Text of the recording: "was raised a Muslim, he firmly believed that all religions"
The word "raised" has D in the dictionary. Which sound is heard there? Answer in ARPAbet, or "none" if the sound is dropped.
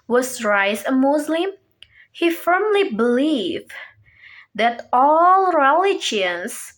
none